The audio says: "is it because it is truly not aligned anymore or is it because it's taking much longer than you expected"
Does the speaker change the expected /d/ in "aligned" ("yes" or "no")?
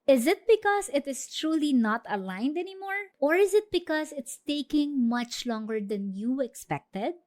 no